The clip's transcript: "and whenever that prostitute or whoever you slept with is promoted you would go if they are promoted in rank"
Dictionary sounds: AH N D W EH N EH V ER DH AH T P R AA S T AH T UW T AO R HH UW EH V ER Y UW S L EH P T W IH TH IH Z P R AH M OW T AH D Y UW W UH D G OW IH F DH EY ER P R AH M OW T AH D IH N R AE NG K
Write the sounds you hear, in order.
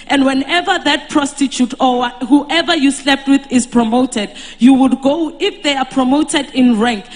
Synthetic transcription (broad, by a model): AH N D W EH N EH V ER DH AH T P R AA S T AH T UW T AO W HH UW EH V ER Y UW S L EH P T W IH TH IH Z P R AH M OW T AH D Y UW W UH D G OW IH F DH EY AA P R AH M OW T AH D IH N R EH NG K